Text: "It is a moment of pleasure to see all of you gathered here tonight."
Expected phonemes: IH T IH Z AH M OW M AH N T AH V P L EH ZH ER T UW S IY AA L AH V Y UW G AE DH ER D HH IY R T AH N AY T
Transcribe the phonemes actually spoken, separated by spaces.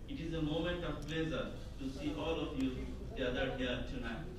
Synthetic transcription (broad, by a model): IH T IH Z AH M OW M AH N T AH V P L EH Z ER T UW S IY AA L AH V Y UW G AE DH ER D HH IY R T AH N AY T